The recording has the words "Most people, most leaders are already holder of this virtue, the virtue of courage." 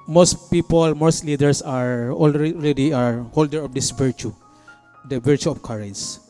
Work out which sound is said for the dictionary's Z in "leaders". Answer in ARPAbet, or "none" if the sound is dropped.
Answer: S